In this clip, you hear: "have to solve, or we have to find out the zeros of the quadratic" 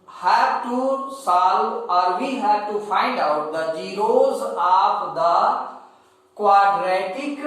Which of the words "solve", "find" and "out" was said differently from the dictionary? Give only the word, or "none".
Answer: solve